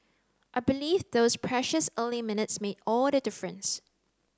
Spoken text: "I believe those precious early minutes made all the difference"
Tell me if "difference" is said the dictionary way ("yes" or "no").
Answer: yes